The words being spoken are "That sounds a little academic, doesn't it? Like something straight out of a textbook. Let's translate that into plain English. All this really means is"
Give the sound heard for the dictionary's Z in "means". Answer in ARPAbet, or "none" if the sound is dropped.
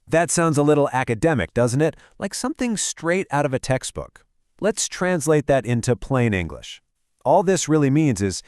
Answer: Z